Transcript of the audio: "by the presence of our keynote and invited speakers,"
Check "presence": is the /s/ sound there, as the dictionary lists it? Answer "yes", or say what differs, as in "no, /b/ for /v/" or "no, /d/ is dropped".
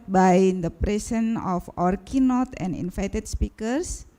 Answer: no, /s/ is dropped